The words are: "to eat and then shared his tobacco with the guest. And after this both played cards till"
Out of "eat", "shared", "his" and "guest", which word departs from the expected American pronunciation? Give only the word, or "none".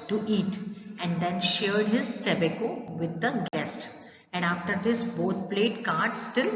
none